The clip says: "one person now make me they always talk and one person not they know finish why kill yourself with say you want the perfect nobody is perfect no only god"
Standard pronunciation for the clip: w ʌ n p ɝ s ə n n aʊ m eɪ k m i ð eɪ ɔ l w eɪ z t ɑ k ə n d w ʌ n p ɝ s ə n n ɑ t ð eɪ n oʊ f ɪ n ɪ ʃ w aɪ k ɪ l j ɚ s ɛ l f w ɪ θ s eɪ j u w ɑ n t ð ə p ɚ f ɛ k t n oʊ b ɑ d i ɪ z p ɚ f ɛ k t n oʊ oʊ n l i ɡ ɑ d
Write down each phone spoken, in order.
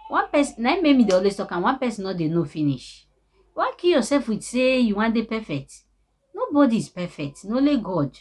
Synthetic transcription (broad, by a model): w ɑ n p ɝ s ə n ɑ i m eɪ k m i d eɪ ɔ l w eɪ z t ɑ k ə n w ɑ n p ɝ s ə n n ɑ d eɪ n oʊ f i n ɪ ʃ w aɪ k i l j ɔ s ɛ l f w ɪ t s eɪ j u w ɑ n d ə p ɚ f ɛ k t n oʊ b ɑ d i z p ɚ f ɛ k t n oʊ oʊ l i ɡ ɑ d